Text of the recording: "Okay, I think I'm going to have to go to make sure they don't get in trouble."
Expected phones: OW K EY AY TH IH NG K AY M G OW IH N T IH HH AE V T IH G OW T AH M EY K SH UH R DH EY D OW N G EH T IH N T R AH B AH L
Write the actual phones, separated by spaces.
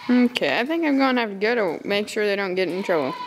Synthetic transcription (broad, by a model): OW K EY AY TH IH NG K AY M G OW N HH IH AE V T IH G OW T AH M EY K SH UH R DH EY D OW N G EH T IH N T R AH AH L